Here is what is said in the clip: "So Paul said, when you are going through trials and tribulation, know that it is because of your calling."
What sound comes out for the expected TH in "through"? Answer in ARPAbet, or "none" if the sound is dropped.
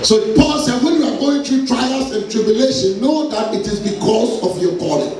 T